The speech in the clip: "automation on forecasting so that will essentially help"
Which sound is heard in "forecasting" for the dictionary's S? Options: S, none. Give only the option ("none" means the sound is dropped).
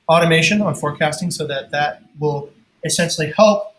S